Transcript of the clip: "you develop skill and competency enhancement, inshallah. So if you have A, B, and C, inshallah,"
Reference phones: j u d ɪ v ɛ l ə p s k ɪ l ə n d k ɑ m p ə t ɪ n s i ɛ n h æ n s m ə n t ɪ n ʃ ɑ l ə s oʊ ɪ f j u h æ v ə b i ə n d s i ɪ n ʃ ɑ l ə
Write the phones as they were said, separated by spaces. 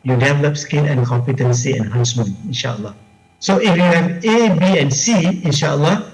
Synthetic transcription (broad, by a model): j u d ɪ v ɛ l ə p s k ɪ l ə n k ɑ m p ə t ɪ n s i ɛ n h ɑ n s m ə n ɪ n ʃ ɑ l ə s oʊ ɪ f j u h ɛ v ə b i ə n s i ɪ n ʃ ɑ l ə